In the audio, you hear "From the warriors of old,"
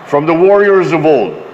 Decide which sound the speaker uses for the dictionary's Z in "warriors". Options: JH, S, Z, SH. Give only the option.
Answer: Z